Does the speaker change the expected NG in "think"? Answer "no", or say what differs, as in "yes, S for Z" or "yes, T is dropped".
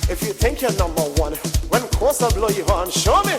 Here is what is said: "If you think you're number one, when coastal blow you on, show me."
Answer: no